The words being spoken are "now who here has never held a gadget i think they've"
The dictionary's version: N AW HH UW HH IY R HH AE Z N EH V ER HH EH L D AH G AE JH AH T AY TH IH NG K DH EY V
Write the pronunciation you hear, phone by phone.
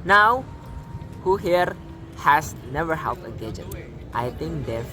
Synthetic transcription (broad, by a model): N AW HH UW HH IY R HH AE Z N EH V ER HH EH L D AH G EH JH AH T AY T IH NG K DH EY